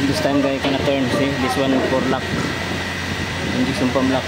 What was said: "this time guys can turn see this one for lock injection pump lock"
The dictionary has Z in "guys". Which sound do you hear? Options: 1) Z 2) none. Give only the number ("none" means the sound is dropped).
2